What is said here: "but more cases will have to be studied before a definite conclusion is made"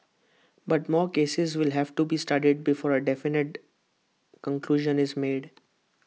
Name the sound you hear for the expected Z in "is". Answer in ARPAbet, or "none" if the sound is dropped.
Z